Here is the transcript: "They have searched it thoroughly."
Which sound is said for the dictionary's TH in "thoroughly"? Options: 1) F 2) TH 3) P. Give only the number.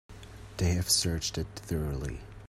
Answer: 2